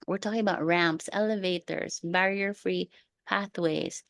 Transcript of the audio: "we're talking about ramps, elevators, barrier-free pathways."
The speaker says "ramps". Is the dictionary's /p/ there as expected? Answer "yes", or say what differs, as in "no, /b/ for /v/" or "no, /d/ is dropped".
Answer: yes